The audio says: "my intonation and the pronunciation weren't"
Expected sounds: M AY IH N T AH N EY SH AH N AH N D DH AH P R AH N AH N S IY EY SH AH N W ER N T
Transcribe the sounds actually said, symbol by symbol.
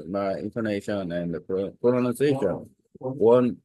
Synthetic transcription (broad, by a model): M AY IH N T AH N EY SH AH N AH N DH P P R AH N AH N IY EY SH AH N W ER N